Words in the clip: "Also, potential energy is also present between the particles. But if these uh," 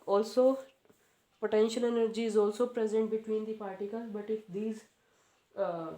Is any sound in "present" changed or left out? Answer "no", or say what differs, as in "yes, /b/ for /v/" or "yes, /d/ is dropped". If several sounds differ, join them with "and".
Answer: no